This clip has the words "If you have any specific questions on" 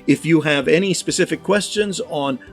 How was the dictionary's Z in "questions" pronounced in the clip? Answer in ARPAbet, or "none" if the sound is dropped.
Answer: Z